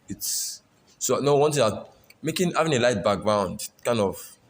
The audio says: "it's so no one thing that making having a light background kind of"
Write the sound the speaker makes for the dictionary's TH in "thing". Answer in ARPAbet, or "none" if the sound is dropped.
T